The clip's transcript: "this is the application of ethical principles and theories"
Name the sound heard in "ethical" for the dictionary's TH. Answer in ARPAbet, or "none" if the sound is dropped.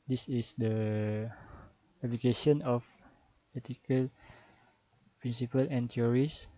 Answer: T